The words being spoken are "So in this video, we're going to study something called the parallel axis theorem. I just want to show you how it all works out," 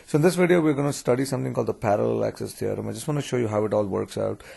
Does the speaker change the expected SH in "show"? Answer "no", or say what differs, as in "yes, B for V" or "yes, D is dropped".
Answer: no